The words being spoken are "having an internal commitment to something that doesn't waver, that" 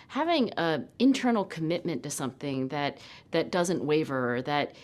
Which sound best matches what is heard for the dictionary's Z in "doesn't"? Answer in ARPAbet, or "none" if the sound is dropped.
Z